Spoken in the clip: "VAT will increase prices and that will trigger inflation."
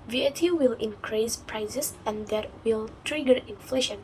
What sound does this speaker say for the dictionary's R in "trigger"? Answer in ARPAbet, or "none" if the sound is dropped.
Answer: R